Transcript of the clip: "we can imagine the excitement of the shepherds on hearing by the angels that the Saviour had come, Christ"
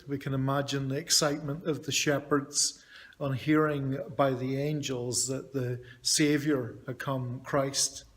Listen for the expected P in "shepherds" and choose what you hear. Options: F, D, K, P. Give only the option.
P